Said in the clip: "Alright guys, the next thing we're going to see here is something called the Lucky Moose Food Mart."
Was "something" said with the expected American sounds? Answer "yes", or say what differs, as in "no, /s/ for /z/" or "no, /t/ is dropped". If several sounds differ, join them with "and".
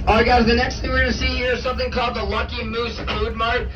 yes